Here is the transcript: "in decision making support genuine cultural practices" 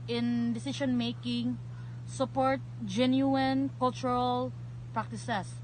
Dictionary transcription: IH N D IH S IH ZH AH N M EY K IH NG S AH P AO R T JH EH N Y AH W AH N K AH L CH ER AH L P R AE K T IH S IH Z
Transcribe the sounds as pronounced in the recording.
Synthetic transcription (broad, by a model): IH N D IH S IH SH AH N M EY K IH NG S AH P AO R T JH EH N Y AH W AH N K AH L CH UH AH L P R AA K T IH S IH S